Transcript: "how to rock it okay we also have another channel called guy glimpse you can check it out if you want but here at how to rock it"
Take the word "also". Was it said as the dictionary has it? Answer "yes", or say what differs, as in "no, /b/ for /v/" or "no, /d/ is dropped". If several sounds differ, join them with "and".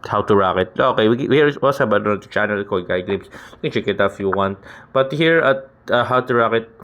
no, /w/ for /l/